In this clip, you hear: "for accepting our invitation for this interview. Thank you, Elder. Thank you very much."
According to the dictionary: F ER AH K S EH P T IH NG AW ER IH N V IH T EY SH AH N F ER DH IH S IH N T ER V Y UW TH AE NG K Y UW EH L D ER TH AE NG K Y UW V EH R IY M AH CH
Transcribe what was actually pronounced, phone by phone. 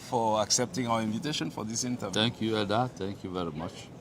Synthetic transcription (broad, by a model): F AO AH K S EH P T IH NG AW ER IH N V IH T EY SH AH N F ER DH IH S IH N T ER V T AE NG K Y UW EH D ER T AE NG K Y UW V EH R IY M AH CH